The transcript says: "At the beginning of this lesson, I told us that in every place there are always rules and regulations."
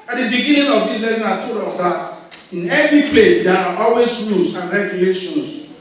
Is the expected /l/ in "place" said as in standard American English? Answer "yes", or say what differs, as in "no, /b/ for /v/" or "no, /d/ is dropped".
yes